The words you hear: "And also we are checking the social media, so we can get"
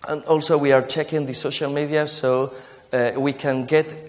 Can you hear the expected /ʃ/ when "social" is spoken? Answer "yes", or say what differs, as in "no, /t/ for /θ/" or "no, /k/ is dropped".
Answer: yes